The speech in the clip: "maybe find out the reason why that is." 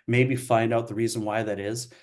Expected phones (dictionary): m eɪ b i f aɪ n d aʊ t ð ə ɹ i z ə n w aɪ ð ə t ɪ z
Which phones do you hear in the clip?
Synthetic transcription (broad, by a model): m eɪ b i f aɪ n d aʊ t ð ə ɹ i z ə n w aɪ ð ə t ɪ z